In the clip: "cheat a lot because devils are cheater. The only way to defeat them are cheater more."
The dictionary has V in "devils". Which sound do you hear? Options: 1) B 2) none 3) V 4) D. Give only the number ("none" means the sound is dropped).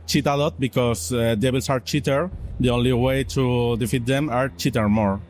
1